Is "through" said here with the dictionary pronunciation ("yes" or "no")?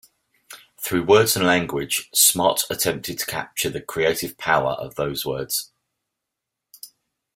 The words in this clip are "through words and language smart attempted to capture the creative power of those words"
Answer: yes